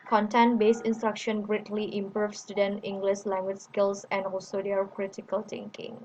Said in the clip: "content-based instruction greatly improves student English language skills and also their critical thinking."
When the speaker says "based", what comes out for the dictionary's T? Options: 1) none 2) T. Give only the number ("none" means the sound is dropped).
1